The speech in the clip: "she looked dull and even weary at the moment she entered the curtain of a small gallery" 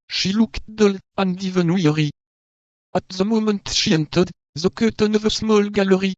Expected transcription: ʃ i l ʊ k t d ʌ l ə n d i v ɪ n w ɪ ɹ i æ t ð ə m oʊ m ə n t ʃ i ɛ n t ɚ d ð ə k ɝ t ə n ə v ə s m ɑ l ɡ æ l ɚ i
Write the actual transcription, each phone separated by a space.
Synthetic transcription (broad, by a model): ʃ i l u k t d ʌ l ə n d i v ɪ n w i ɹ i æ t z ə m oʊ m ə n t ʃ i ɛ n t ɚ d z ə k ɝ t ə n ə v ə s m ɑ l ɡ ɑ l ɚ i